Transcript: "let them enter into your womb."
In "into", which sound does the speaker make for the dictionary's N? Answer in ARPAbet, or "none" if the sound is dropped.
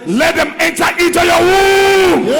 none